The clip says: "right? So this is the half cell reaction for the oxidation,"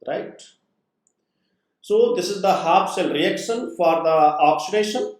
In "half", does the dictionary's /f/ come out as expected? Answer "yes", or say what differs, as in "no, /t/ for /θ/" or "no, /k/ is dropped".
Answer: no, /p/ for /f/